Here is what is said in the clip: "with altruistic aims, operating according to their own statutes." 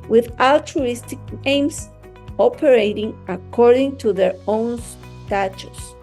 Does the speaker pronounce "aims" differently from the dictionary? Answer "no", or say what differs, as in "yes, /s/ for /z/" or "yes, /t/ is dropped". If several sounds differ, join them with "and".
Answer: yes, /s/ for /z/